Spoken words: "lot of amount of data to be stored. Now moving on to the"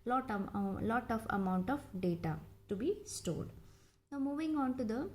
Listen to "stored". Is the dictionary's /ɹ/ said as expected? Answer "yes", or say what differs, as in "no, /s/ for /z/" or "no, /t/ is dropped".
no, /l/ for /ɹ/